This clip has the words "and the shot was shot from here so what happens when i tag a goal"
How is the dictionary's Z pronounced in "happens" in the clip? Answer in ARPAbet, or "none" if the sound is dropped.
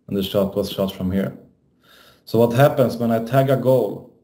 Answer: S